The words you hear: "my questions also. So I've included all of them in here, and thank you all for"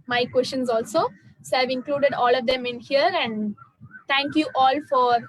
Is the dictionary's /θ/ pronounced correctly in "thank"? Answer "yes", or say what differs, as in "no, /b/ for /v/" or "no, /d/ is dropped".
no, /t/ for /θ/